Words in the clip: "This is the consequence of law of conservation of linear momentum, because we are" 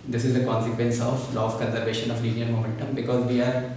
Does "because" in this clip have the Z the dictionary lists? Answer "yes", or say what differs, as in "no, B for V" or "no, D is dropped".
yes